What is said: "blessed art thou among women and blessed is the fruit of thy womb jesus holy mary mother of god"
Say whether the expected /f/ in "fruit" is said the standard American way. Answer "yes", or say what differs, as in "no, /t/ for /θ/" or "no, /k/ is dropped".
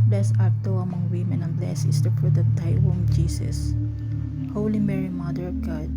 no, /p/ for /f/